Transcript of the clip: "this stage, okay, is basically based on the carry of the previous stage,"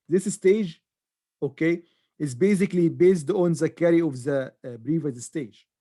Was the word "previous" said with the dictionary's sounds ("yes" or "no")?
no